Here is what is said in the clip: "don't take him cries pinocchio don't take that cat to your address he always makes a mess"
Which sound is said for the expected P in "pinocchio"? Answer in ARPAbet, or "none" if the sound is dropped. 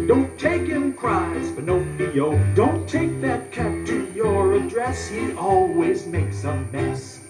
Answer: B